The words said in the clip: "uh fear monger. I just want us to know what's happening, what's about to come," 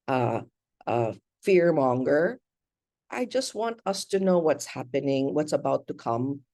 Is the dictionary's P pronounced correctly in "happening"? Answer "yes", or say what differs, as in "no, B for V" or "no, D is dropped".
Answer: yes